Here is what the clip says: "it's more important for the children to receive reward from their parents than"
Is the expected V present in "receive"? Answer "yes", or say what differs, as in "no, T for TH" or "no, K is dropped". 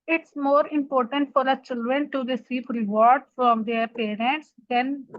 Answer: no, P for V